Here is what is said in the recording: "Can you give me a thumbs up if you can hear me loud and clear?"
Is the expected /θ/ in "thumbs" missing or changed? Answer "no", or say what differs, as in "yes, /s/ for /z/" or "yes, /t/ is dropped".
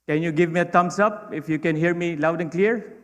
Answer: yes, /t/ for /θ/